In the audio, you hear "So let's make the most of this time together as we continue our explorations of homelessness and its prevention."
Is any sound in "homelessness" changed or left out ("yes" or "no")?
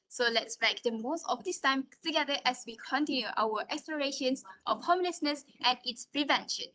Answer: yes